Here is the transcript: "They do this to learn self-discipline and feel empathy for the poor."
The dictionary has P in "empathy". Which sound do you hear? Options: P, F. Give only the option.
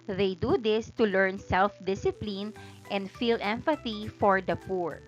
F